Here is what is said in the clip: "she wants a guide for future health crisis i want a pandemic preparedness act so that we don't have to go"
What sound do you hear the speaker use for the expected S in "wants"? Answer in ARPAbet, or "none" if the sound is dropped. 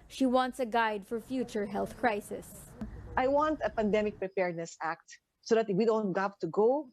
S